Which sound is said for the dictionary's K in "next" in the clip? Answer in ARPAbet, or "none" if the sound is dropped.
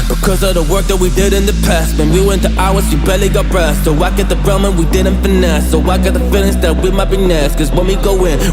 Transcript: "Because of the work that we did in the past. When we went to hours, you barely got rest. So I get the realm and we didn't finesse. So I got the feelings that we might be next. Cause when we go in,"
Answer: none